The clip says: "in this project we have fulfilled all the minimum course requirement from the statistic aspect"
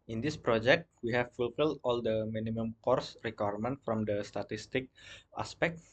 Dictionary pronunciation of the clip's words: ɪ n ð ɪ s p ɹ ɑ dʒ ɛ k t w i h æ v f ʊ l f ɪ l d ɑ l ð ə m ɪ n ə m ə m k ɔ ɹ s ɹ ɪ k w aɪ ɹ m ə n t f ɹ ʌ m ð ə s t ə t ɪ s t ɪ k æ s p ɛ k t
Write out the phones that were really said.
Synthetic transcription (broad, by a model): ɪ n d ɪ s p ɹ ɑ dʒ ɛ k t w i h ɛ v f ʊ l f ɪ l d ɑ l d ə m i n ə m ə m k ɔ ɹ s ɹ ɪ k w aɪ ɹ m ə n t f ɹ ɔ m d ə s t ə t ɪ s t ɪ k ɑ s p ɛ k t